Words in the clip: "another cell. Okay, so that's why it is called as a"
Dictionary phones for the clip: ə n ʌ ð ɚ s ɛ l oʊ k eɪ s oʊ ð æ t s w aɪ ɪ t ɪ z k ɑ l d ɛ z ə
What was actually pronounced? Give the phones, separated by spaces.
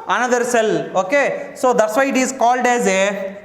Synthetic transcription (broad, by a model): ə n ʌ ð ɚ s ɛ l oʊ k eɪ s oʊ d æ t s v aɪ ɪ t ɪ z k ɑ l d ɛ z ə